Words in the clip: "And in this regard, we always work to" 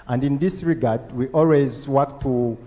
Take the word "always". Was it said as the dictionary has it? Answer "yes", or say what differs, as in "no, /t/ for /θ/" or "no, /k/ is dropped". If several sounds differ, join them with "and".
yes